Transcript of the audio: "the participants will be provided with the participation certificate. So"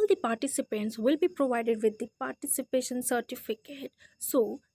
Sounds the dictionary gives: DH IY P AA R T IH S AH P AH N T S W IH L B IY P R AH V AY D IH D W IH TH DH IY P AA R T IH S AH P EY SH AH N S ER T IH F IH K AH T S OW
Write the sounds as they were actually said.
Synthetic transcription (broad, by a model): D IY P AA R T IH S AH P AH N T S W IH L B IY P R AH V AY D IH D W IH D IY P AA R T IH S AH P EY SH AH N S ER T IH F IH K AH T S OW